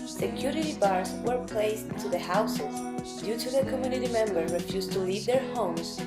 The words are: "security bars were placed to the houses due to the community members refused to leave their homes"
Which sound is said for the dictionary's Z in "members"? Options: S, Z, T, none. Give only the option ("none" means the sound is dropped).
none